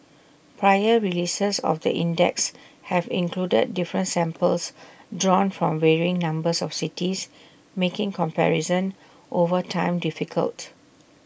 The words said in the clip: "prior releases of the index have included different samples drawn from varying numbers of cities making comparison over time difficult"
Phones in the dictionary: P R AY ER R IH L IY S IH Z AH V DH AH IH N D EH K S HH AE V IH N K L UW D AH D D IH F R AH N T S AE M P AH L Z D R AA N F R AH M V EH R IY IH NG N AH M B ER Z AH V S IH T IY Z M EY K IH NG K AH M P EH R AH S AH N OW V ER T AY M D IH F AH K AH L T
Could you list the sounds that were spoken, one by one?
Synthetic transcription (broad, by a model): P R AY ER R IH L IY S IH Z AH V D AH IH N D EH K S HH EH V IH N K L UW D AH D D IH F R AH N T S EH M P AH L S D R AA N F R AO M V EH R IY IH NG N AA M B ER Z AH F S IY T IY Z M EY K IH NG K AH M P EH R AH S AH N OW V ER T AY M D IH F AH K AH L T